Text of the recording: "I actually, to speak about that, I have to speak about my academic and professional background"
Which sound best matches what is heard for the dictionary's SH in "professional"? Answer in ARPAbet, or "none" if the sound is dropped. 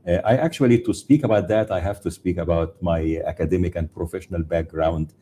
SH